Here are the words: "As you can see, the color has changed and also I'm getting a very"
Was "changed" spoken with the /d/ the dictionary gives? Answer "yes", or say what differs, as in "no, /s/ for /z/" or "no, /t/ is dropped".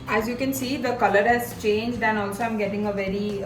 yes